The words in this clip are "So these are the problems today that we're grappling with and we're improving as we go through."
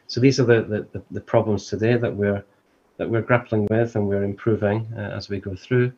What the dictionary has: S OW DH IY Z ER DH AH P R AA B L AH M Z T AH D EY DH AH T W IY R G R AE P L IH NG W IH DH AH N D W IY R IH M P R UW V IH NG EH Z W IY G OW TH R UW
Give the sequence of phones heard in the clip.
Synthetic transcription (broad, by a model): S OW DH IY Z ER DH AH P R AA B L AH M Z T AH D EY DH AH T W IY R G R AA P L IH NG W IH DH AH N W IY R IH M P R UW V IH NG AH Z W IY G OW TH R UW